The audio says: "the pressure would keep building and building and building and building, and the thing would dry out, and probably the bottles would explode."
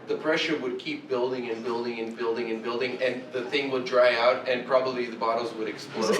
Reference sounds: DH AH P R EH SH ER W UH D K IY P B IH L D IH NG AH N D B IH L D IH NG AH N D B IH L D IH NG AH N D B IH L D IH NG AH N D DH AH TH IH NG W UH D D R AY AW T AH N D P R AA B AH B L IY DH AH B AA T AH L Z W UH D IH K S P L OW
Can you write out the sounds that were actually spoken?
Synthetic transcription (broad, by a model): DH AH P R EH SH ER W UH D K IY P B IH L D IH NG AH N B IH L D IH NG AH N B IH L D IH NG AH N B IH L D IH NG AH N DH AH TH IH NG W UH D D R AY AW T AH N P R AA B AH B L IY DH AH B AA T L Z W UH D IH K S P L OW